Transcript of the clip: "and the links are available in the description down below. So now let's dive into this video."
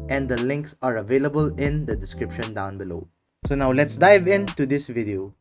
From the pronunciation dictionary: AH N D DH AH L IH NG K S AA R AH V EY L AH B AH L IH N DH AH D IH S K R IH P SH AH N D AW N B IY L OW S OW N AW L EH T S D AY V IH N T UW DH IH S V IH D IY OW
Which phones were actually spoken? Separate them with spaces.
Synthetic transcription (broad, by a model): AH N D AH L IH NG K S AA R AH V EY L AH B AH L IH N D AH D IH S K R IH P SH AH N D AW N B IY L OW S OW N AW L EH T S D AY V IH N T UW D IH S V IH D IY OW